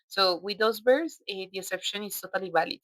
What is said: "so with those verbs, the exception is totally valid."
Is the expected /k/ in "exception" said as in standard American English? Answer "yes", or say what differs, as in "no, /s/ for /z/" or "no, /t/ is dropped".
no, /k/ is dropped